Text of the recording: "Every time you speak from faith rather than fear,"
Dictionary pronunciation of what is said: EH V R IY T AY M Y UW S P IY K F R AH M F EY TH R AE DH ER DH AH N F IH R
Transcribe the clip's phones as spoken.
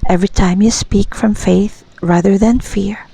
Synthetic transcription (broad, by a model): EH V R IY T AY M Y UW S P IY K F R AH M F EY TH R AE DH ER DH AH N F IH R